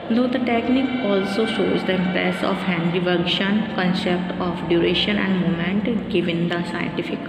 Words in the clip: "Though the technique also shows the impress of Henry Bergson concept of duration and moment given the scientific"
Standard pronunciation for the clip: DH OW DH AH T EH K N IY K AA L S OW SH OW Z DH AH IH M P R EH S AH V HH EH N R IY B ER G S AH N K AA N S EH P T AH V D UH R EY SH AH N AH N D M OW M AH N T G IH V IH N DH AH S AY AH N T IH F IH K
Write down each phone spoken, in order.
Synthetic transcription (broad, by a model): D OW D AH T EH K N IY K AA L S OW SH OW Z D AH IH M P R EH S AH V HH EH N R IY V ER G SH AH N K AA N S EH P T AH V D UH R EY SH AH N AH N D M OW M AH N T G IH V IH N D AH S AY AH N T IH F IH K